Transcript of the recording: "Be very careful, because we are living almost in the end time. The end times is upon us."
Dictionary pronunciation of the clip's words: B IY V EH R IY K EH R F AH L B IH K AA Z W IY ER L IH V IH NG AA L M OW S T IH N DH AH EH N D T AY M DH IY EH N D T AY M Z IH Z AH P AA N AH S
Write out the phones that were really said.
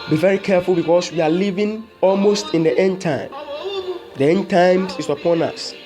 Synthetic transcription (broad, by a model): B IY V EH R IY K EH R F AH L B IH K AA S W IY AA L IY V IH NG AA L M OW S T IH N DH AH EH N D T AY M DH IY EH N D T AY M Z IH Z AH P AA N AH S